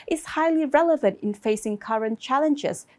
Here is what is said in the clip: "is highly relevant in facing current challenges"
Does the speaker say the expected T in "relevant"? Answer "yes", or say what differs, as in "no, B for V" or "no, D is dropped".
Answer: yes